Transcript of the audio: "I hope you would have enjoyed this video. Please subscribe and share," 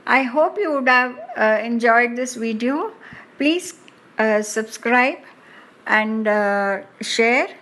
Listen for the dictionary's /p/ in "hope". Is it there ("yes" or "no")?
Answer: yes